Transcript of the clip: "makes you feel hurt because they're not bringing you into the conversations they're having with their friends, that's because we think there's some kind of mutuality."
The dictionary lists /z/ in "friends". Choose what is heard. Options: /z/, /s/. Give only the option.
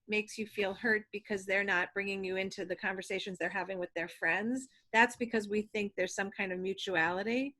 /z/